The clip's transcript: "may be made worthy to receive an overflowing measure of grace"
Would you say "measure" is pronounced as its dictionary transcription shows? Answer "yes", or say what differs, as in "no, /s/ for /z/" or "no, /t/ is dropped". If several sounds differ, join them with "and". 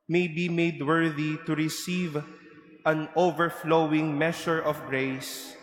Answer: no, /ʃ/ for /ʒ/